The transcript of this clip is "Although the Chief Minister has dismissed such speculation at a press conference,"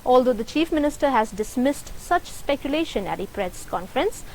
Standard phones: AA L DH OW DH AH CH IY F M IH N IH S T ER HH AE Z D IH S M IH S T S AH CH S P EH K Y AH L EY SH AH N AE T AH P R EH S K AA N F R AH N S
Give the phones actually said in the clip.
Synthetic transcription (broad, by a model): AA L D OW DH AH CH IY F M IH N IH S T ER HH AE Z D IH S M IH S T S AH CH S P EH K Y AH L EY SH AH N AE T AH P R EH S K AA N F R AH N S